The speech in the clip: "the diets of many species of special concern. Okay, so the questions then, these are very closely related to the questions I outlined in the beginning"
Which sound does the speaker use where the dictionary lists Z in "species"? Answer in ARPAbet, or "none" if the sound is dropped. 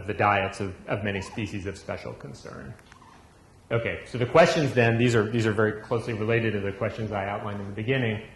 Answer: Z